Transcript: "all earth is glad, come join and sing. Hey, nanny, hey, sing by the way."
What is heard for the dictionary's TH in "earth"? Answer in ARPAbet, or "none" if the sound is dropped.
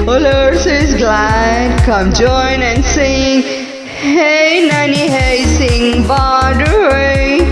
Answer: S